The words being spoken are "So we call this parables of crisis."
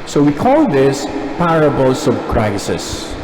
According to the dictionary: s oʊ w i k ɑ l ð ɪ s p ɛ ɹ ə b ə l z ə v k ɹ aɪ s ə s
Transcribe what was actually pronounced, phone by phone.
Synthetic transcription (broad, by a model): s oʊ w i k ɑ l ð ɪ s p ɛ ɹ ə b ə l s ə b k ɹ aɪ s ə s